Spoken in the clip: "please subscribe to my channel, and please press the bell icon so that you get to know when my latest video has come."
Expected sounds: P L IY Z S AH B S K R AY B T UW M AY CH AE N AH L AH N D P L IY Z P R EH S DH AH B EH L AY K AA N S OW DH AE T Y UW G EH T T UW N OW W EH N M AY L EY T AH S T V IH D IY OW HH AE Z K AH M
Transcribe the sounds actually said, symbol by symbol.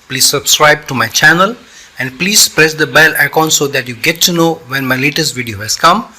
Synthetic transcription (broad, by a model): P L IY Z S AH B S K R AY B T UW M AY CH AE N AH L AH N D P L IY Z P R EH S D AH B EH L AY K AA N S OW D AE T Y UW G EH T T UW N OW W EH N M AY L EY T AH S T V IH D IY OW HH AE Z K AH M